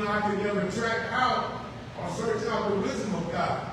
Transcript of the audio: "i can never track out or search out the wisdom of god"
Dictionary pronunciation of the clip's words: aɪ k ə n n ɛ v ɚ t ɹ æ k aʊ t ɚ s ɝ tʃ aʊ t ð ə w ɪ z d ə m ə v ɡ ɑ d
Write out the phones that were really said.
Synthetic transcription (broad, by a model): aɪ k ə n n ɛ ɚ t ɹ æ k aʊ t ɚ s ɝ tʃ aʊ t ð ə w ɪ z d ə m ə v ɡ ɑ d